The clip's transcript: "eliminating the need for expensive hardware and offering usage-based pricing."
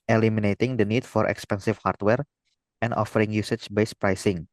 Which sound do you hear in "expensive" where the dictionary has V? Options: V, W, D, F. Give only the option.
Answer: F